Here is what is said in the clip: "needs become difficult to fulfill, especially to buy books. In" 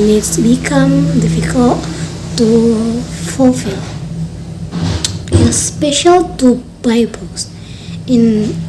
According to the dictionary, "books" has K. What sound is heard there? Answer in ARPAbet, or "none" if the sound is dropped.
none